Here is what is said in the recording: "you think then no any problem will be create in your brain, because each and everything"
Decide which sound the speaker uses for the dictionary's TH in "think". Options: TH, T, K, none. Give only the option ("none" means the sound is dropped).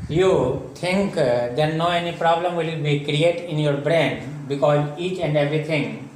T